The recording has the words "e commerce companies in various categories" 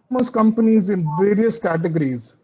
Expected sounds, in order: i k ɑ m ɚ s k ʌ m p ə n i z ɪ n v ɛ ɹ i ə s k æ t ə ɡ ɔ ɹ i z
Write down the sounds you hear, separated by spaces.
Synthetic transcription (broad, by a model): m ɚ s k ʌ m p ə n i z ɪ n v ɛ ɹ i ə s k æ t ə ɡ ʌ ɹ i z